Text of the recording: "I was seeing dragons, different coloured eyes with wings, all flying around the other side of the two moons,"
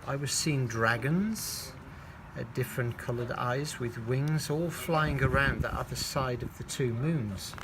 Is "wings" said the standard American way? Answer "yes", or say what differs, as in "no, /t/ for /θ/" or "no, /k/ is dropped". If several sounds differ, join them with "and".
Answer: yes